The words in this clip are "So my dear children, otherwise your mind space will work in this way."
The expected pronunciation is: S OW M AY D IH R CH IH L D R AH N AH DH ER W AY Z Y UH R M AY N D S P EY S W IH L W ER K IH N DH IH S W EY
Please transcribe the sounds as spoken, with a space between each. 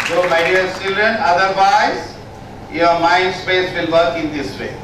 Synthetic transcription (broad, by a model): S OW M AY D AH L CH IH L D R AH N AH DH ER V AY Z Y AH R M AY N D S P EY S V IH L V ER K IH N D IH S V EY